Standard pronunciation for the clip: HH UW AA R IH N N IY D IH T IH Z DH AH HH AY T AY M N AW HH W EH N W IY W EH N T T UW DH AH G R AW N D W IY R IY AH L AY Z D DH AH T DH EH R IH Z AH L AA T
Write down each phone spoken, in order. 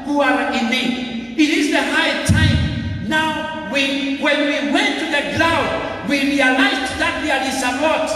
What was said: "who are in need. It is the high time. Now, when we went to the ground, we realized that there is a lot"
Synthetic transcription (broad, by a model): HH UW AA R IH N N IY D IH T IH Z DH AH HH AY T AY M N AW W W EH N W IY W EH N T T UW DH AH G L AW D W IY R IY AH L AY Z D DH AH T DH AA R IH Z AH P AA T